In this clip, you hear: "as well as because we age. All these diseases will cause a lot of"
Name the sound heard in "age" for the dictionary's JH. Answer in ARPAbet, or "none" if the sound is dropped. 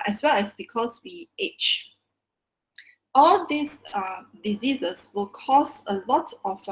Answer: CH